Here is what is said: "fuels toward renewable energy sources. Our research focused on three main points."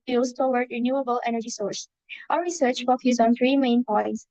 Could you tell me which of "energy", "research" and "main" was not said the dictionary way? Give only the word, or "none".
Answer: none